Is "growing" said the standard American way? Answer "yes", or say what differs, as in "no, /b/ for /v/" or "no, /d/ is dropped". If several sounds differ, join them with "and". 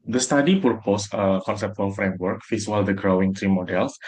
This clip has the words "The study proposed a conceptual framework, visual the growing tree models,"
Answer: yes